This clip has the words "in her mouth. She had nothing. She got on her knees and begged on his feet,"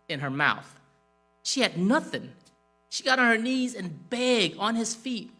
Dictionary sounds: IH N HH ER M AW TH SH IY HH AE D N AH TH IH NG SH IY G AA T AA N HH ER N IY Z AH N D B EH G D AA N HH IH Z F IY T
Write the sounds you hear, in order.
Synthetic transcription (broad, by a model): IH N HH ER M AW TH SH IY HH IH D N AH TH IH NG SH IY G AA T N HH ER N IY Z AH N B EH G AA N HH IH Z F IY T